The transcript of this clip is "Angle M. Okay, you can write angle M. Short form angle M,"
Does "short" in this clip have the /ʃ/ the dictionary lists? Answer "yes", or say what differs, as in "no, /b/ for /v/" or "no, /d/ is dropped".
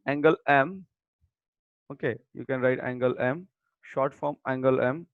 yes